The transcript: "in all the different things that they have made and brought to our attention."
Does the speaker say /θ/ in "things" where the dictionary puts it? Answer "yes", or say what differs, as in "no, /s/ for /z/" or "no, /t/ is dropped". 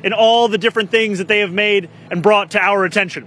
yes